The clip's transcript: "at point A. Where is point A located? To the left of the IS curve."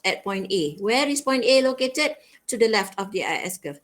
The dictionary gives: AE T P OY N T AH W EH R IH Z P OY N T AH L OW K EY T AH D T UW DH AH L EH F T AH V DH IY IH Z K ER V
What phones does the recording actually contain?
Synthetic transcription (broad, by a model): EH T P OY N T AH W EH R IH S P OY N T AH L OW K EY T AH D T UW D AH L EH F T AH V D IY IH S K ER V